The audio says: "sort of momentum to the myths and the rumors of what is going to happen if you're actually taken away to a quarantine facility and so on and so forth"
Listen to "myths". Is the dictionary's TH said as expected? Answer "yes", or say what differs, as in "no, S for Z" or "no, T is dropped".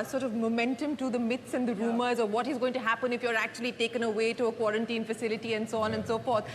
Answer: no, T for TH